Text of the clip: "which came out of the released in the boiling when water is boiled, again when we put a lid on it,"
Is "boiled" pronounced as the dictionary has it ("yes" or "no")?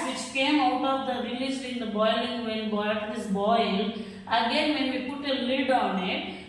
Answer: no